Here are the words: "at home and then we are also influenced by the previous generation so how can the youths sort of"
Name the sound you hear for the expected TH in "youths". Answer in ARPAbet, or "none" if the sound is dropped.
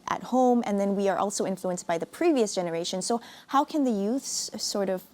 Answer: TH